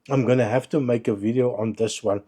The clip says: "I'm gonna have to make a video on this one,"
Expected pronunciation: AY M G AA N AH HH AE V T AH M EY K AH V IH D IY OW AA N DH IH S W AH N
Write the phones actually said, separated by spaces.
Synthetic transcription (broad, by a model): AY M G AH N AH HH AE F T AH M EY K AH V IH D IY OW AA N DH IH S W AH N